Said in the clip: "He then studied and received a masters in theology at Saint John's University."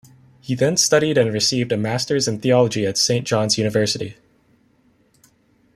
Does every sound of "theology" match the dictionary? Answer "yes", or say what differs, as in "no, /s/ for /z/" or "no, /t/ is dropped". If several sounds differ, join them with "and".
yes